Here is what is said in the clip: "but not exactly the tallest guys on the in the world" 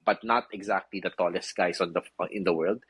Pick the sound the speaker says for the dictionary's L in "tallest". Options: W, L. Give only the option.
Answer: L